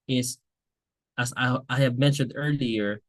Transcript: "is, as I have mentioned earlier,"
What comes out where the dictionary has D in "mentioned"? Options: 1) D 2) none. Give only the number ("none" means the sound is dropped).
1